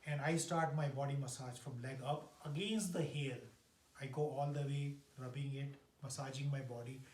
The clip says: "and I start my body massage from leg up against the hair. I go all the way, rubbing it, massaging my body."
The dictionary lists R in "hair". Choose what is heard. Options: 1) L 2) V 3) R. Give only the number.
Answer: 1